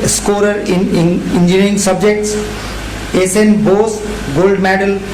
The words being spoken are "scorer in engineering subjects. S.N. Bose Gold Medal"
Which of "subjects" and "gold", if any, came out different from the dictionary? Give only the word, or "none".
none